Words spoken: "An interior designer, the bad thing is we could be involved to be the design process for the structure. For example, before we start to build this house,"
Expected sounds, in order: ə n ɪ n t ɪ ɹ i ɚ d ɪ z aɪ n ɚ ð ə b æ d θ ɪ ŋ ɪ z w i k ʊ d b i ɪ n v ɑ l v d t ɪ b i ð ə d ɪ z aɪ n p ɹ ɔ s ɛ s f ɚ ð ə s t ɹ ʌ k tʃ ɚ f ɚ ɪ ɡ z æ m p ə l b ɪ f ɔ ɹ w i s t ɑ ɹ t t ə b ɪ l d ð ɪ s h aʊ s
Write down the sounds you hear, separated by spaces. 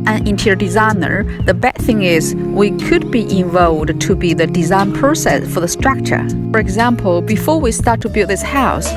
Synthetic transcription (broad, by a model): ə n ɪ n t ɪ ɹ d ɪ z aɪ n ɚ ð ə b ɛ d θ ɪ ŋ ɪ z w i k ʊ d b i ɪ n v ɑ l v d t ɪ b i ð ə d ɪ z aɪ n p ɹ ɔ s ɛ s f ɚ ð ə s t ɹ ʌ k tʃ ɚ f ɚ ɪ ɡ z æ m p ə l b ɪ f ɔ ɹ w i s t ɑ ɹ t t ə b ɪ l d ð ɪ s h aʊ s